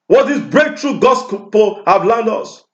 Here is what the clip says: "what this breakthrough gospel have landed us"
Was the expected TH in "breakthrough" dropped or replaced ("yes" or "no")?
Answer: yes